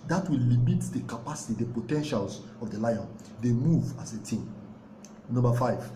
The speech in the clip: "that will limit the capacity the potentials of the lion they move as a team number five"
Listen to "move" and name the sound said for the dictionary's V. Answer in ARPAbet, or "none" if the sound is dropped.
V